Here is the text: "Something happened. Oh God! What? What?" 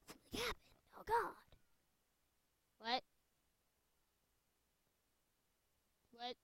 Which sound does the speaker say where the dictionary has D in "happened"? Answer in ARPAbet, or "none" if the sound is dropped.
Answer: none